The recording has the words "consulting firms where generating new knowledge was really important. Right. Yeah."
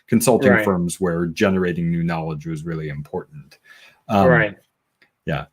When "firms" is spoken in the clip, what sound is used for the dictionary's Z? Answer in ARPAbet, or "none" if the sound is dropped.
Z